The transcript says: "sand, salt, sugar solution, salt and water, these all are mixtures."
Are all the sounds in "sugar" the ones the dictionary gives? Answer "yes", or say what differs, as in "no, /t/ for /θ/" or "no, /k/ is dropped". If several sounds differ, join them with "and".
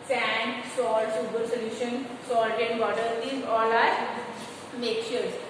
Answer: no, /s/ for /ʃ/